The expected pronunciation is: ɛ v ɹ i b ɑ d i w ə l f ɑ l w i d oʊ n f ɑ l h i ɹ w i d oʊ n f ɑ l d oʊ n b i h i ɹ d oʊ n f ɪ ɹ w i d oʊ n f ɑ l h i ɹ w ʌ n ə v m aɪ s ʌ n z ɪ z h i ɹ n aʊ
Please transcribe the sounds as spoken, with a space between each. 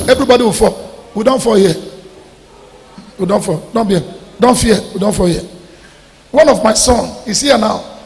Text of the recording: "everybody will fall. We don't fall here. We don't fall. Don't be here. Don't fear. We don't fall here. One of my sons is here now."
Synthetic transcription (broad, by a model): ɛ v ɹ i b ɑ d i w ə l f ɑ w i d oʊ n f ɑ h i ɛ w i d oʊ n f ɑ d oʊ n b i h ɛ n d oʊ n f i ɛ w i d oʊ n f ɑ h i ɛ w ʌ n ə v m aɪ s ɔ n ɪ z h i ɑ n aʊ